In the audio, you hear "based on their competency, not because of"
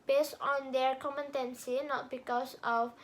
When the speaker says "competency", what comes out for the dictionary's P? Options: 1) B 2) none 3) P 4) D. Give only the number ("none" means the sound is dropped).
2